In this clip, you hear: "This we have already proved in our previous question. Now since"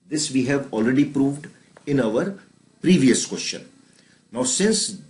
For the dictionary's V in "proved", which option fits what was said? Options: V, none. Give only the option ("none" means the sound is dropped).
V